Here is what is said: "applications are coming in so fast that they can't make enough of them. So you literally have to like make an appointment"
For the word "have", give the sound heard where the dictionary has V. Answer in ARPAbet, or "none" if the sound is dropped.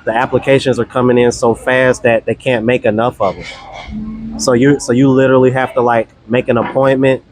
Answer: F